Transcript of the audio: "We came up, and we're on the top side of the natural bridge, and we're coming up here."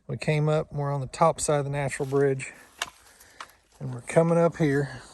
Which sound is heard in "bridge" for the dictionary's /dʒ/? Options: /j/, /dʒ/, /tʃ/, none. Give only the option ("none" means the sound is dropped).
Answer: /dʒ/